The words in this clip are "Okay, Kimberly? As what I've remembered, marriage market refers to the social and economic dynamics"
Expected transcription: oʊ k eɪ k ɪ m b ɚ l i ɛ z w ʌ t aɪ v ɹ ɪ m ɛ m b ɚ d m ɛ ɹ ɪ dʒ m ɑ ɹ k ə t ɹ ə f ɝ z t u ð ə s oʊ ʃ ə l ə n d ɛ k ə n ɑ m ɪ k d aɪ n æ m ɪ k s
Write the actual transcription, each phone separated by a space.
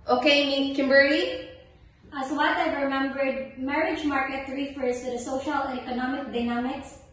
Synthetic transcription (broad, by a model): oʊ k eɪ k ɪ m b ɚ i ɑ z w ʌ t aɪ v ɹ ɪ m ɛ m b ɚ d m ɛ ɹ ɪ dʒ m ɑ ɹ k ə t ɹ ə f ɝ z t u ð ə s oʊ ʃ ə l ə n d ɛ k ə n ɑ m ɪ k d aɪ n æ m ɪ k s